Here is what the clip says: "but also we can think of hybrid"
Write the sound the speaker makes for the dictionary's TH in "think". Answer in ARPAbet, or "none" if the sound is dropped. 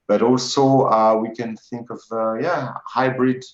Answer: TH